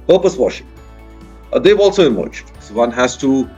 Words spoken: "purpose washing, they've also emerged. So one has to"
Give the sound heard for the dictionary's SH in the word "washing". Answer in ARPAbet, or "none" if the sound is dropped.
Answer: SH